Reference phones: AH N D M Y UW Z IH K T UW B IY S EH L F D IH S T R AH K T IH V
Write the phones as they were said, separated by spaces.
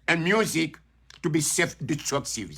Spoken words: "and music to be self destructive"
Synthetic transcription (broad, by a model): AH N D M Y UW Z IH K T UW B IY S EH F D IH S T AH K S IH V